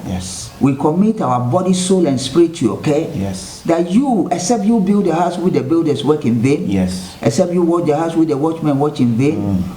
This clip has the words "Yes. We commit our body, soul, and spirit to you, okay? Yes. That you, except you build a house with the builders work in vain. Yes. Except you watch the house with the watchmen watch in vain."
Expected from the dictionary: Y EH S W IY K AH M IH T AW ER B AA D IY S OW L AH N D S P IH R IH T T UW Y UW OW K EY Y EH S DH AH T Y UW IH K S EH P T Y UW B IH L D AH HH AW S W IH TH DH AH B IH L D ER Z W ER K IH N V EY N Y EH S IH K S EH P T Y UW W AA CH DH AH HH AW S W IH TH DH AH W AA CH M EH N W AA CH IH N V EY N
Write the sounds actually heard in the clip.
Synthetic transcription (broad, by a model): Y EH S W IY K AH M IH T AW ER B AA D IY S OW L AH N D S P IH R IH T T UW Y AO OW K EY Y EH S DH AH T Y UW IH K S EH P T Y UW B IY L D AH HH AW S W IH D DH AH B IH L D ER S W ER K IH N V EY N Y EH S IH K S EH P T Y UW W AA CH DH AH HH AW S W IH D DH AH W AA CH M EH N W AA CH IH N V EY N